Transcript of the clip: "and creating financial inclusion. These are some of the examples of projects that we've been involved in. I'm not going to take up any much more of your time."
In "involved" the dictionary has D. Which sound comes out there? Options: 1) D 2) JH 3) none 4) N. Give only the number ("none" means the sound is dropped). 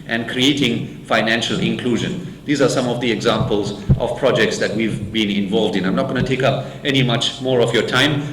1